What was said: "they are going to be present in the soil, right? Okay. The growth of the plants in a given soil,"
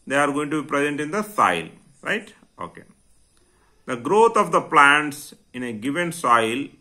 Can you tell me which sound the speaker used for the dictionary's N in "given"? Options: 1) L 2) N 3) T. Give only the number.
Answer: 2